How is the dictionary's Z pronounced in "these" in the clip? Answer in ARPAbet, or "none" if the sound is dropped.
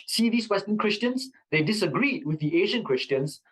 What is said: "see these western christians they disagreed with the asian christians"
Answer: S